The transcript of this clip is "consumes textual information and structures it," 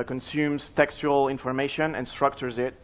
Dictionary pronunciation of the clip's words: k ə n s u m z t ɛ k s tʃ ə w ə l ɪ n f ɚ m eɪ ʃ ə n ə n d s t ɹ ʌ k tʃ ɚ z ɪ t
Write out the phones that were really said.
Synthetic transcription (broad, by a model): k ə n s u m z t ɛ k s tʃ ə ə l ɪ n f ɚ m eɪ ʃ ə n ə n s t ɹ ʌ k tʃ ɚ z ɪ t